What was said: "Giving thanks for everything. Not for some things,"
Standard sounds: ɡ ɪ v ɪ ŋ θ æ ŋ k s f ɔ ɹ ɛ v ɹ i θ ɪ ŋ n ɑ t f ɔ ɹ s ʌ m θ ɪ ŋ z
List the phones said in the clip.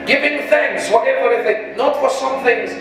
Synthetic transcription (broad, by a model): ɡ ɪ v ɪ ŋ θ æ ŋ k s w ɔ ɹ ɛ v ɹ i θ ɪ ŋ n ɑ t f ɔ ɹ s ʌ m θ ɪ ŋ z